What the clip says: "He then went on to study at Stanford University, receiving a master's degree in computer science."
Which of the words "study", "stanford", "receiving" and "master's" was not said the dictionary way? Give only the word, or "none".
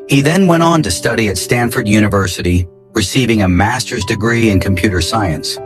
none